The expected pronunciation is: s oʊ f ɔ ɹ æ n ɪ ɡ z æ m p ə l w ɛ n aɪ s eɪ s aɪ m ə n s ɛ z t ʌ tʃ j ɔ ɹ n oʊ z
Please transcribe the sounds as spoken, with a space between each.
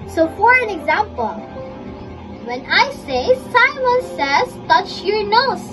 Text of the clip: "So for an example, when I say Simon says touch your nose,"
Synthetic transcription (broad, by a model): s oʊ f ɔ ɹ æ n ɪ ɡ z æ m p ə l w ɛ n aɪ s eɪ s aɪ m ə n s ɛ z t ʌ tʃ j ɔ ɹ n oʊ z